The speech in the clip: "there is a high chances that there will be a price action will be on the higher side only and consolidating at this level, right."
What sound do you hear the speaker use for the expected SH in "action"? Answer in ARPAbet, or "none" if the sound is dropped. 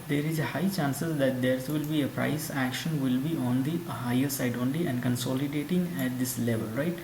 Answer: SH